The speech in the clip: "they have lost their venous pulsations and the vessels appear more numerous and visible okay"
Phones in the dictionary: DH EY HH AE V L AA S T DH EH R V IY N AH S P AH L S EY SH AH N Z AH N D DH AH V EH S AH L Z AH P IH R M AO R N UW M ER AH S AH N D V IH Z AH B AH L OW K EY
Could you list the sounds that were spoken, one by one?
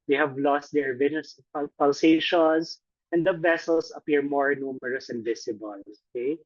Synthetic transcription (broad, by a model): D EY HH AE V L AA S T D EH R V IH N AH S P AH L S EY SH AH N S AH N D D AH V EH S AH L S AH P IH R M AO R N UW M ER AH S AH N D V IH S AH B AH L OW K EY